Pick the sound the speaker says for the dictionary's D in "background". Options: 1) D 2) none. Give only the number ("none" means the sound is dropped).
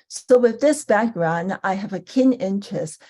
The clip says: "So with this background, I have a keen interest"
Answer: 1